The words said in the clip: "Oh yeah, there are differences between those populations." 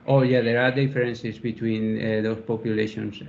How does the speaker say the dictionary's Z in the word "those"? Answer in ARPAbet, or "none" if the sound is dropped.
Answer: S